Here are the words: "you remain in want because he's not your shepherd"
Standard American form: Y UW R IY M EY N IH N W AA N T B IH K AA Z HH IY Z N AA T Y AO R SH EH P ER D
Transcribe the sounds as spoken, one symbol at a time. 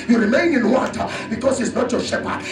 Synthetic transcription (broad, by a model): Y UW R IY M EY N IH N W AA T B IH K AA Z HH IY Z N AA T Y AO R SH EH P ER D